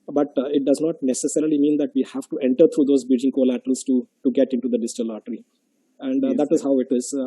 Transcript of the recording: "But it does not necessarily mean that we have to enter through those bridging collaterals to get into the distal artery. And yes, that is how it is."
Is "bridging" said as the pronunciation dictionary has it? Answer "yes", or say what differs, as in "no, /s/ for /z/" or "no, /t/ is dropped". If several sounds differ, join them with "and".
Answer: no, /ɹ/ is dropped